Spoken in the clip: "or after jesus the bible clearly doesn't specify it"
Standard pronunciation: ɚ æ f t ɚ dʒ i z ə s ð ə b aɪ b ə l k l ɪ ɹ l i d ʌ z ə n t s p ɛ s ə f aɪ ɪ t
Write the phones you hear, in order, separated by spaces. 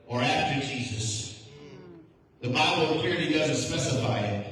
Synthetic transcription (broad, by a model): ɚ æ f t ɚ dʒ i z ə s ð ə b aɪ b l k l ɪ ɹ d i d ʌ z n t s p ɛ s ə f aɪ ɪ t